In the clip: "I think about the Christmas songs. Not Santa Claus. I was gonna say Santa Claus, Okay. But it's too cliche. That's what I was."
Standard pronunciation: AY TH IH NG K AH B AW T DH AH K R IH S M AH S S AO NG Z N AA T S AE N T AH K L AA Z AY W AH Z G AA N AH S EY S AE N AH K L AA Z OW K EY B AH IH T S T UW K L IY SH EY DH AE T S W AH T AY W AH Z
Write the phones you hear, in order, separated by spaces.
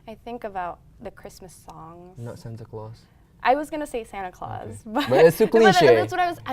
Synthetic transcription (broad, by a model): AY TH IH NG K AH B AW T DH AH K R IH S M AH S S AO NG N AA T S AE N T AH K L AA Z AY W AH Z G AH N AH S EY S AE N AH K L AA Z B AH B AH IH S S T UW K L IY SH EY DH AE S W AH T AY W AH Z